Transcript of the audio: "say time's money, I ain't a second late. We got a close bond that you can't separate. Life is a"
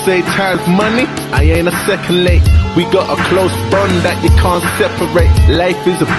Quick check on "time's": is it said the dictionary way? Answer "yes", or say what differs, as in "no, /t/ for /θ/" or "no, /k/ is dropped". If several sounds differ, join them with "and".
no, /m/ is dropped